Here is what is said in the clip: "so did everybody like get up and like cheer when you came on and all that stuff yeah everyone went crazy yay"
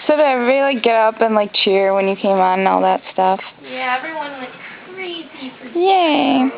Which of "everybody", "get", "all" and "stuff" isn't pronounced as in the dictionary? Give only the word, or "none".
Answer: everybody